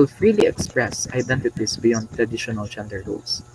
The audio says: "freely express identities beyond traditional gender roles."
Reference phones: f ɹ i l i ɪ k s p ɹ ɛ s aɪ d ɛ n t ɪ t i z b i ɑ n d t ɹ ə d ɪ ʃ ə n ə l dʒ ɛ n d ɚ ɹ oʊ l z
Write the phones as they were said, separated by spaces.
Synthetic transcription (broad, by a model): f ɹ i l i ɪ k s p ɹ ɛ s aɪ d ɛ n t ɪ t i s b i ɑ n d t ɹ ə d ɪ ʃ ə n ə l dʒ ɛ n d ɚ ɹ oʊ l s